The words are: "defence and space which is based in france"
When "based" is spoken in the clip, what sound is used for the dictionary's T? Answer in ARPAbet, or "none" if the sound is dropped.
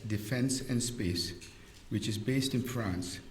T